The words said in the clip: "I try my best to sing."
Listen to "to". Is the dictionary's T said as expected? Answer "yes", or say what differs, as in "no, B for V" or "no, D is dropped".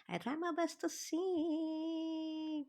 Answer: yes